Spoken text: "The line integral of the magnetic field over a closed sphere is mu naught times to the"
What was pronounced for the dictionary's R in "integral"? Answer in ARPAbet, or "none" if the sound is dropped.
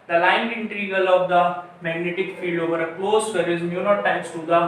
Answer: none